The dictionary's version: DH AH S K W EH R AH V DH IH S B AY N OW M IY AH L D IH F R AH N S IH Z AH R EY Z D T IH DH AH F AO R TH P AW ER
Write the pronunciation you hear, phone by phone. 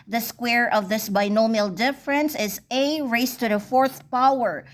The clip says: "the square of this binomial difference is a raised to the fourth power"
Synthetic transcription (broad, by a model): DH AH S K W EH R AH V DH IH S B AY N OW M IY AH L D IH F R AH N S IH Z AH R EY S T IH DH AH F AO R TH P AW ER